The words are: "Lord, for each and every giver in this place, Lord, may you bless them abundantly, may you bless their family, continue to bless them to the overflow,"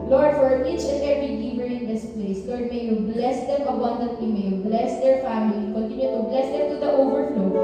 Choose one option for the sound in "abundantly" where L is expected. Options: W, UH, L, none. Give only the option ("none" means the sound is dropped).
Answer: none